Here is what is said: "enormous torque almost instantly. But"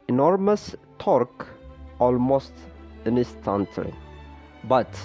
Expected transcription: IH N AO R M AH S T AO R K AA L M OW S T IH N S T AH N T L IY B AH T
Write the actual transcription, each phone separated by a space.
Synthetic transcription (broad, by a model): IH N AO R M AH S T AO R K AA L M OW S T IH N S T AH N T L IY B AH T